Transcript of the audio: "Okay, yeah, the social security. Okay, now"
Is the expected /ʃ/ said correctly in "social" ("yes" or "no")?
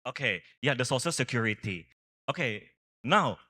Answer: no